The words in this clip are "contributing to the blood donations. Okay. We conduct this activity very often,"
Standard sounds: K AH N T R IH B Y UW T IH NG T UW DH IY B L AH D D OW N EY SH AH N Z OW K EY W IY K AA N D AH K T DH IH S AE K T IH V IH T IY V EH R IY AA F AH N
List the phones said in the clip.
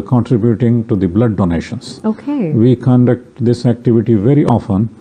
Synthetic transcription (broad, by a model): K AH N T R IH B Y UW T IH NG T UW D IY B L AH D D OW N EY SH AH N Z OW K EY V IY K AA N D AH K T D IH S AE K T IH V IH T IY V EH R IY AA F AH N